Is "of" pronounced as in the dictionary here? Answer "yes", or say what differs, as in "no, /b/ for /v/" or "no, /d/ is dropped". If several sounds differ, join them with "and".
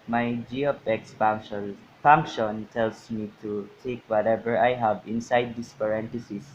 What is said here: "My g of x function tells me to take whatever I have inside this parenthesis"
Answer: no, /p/ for /v/